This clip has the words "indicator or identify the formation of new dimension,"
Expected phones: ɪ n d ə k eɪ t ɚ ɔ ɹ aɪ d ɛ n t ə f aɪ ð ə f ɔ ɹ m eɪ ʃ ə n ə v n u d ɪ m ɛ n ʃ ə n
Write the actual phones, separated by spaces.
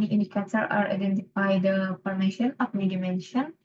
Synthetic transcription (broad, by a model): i n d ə k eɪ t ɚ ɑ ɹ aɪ d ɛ n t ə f aɪ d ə p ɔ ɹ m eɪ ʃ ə n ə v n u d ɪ m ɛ n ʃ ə n